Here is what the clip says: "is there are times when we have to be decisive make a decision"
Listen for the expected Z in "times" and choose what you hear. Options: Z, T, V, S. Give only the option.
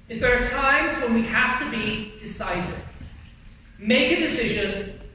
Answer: Z